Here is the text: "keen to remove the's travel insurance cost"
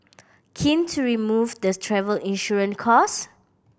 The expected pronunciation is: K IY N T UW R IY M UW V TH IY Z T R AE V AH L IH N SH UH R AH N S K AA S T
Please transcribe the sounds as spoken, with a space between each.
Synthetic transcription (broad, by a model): K IY N T UW R IY M UW V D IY T R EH V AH L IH N SH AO R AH N K AA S